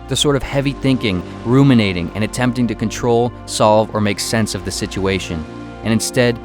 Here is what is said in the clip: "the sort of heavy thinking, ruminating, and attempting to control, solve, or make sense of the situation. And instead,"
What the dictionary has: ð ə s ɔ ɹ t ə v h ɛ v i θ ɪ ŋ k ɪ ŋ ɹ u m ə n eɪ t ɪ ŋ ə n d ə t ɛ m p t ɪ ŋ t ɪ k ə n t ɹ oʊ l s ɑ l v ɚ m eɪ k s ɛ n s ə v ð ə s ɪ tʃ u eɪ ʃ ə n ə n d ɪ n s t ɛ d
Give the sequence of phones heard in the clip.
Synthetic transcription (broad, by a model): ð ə s ɔ ɹ t ə v h ɛ v i θ ɪ ŋ k ɪ ŋ ɹ u m ə n eɪ t ɪ ŋ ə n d ə t ɛ m p t ɪ ŋ t ɪ k ə n t ɹ oʊ l s ɑ l v ɚ m eɪ k s ɛ n s ə v ð ə s ɪ tʃ u eɪ ʃ ə n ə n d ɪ n s t ɛ d